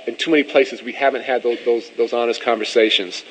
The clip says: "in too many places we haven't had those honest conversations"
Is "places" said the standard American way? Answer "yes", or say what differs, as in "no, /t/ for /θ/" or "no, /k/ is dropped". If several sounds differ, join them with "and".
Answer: yes